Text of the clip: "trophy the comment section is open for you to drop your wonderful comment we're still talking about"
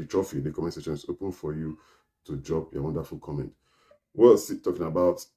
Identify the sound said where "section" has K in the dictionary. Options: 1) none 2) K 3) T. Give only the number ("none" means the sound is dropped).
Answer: 1